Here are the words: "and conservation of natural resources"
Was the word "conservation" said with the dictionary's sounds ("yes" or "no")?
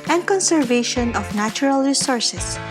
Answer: yes